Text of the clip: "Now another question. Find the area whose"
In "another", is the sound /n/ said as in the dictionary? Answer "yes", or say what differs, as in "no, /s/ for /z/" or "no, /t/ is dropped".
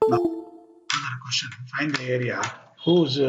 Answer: no, /n/ is dropped